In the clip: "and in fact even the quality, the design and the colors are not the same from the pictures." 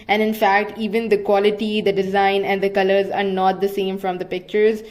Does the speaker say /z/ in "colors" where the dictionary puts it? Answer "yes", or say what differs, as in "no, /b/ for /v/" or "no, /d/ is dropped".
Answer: yes